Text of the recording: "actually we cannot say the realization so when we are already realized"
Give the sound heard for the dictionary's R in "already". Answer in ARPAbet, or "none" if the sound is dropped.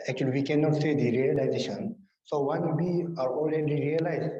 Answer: L